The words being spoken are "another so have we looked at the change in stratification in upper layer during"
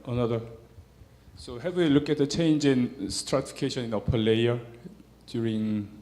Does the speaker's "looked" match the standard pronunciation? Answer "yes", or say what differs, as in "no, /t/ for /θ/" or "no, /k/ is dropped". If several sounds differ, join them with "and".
no, /t/ is dropped